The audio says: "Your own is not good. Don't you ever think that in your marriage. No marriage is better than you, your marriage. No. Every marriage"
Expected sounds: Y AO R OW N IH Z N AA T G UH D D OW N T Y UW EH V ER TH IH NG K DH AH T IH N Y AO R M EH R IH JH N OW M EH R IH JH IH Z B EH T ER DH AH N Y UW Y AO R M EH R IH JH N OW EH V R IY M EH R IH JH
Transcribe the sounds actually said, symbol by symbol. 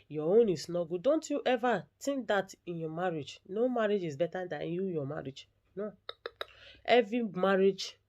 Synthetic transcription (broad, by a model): Y AO OW N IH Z N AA G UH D D OW N T Y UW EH V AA T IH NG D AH T IH N Y AO M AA R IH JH N OW M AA R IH JH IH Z B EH T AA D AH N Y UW Y AO M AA R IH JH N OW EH V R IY M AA R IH JH